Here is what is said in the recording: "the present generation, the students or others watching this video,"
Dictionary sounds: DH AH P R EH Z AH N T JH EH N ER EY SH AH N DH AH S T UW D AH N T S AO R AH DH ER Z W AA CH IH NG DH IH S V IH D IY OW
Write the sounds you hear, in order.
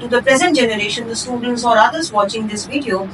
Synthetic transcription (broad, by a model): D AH P R EH Z AH N T JH EH N ER EY SH AH N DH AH S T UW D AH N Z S AO R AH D ER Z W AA CH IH NG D IH S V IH D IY OW